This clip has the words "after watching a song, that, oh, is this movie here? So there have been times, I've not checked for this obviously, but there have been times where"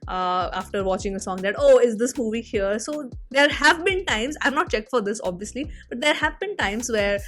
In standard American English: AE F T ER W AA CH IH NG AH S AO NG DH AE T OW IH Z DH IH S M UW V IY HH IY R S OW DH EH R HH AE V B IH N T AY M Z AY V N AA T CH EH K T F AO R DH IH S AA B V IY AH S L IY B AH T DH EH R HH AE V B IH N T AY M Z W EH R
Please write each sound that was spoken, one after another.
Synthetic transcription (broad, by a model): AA F T ER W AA CH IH NG AH S AO NG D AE T OW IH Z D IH S M UW V IY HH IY R S OW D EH R HH AE V B IH N T AY M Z AY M N AA T CH EH K T F AO R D IH S AA B V IY AH S L IY B AH T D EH R HH AE V B IH N T AY M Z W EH R